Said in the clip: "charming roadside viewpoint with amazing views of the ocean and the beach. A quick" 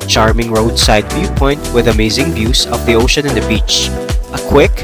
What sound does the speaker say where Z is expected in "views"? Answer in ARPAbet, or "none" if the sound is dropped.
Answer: S